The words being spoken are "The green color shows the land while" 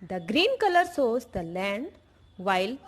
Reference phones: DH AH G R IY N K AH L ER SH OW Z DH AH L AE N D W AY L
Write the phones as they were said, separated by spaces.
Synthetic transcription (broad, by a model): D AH G R IY N K AH L ER S OW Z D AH L AE N D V AY L